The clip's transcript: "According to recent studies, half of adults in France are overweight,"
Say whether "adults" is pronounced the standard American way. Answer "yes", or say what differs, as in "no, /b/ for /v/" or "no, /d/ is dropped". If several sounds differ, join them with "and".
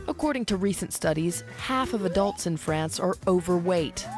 yes